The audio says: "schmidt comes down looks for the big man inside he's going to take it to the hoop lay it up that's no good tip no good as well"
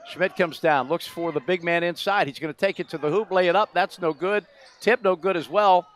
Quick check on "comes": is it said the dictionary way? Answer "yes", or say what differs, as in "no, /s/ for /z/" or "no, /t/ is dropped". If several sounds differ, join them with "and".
yes